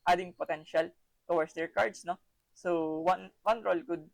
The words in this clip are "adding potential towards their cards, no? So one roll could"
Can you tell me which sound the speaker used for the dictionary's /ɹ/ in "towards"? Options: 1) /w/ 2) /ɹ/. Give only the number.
1